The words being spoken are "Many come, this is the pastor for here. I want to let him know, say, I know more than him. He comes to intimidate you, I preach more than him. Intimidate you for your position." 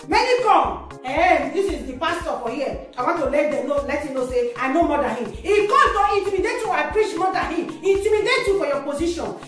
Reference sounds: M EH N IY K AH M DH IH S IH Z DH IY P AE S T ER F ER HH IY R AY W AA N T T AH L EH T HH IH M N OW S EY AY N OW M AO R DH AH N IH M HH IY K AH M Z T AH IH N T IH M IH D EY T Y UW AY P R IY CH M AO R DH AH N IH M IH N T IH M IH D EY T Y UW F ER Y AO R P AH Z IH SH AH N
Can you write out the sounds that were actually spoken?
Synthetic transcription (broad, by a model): M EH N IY K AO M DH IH S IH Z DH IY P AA S T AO F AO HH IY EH AY W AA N T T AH L EH T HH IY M N OW S EY AY N OW M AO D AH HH IH M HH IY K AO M T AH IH N T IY M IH D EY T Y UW AY P R IY CH M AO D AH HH IH M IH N T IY M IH D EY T Y UW F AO Y AO P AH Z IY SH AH N